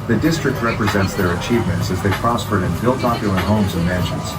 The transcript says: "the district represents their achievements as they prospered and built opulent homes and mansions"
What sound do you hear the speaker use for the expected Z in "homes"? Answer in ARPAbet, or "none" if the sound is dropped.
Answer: Z